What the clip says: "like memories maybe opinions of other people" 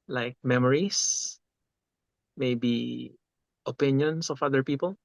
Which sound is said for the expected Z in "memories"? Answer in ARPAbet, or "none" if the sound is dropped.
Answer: S